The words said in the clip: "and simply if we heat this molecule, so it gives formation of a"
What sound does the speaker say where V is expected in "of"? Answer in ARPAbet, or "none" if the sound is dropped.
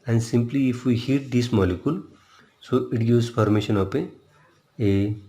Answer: P